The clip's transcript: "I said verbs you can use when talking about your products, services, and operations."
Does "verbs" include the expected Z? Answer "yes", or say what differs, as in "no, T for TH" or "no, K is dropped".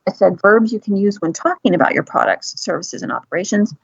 yes